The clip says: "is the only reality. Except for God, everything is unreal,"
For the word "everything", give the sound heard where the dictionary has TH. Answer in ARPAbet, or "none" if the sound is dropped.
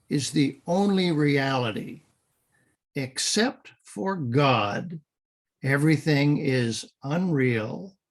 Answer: TH